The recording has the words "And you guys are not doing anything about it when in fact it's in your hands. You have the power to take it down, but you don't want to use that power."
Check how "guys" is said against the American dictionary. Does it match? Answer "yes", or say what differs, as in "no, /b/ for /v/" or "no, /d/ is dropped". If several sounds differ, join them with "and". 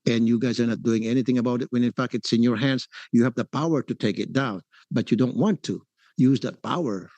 yes